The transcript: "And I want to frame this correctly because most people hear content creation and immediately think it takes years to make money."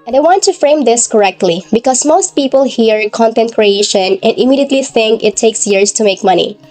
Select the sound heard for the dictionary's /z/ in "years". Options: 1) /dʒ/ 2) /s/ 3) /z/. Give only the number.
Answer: 2